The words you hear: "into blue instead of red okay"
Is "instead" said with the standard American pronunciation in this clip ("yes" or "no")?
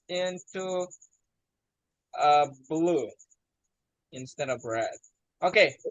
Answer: yes